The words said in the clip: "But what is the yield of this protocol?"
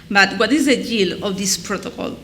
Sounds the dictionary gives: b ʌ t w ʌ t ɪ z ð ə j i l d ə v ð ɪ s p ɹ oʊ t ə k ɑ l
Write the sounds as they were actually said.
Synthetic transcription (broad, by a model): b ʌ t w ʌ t ɪ z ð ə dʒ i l ə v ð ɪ s p ɹ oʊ t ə k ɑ l